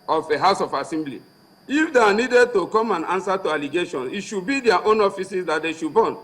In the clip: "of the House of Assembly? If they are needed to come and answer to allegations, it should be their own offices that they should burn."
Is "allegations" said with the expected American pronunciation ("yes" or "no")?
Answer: no